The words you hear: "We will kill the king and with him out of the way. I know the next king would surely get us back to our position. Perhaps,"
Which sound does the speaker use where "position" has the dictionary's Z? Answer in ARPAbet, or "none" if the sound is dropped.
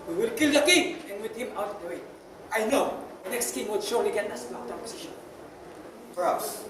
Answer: S